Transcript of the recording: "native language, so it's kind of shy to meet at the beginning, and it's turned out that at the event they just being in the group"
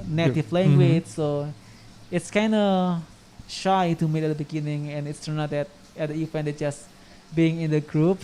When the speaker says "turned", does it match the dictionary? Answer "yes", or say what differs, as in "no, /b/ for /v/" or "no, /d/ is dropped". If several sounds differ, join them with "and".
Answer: no, /d/ is dropped